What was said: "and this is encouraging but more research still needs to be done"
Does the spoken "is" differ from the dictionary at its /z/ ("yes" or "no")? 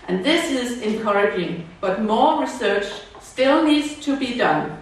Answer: no